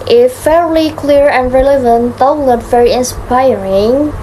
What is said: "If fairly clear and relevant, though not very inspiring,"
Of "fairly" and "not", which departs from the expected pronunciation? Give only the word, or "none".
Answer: not